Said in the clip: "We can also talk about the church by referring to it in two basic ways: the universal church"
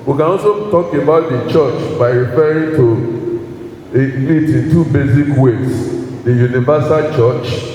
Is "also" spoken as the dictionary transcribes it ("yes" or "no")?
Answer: no